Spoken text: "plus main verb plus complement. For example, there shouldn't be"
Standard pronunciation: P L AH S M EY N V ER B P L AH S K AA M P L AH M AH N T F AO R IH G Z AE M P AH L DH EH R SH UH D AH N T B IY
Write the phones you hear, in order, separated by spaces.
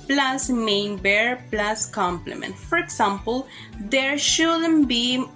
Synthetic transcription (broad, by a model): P L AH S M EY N B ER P L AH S K AA M P L AH M AH N T F AO R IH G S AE M P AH L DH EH R SH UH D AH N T B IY